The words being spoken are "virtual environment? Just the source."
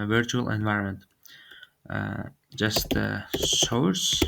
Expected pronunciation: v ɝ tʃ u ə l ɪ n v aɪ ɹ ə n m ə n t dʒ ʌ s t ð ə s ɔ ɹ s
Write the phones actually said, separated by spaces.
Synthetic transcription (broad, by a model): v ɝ tʃ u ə l ɪ n v aɪ ɹ ə n m ə n t dʒ ʌ s t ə s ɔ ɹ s